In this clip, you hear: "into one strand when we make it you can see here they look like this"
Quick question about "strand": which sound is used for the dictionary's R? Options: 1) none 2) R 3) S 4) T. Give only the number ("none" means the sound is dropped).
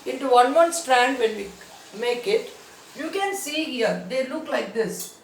2